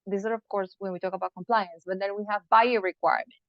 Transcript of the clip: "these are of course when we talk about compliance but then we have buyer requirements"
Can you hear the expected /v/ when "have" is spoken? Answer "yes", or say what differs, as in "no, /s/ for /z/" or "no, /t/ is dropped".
yes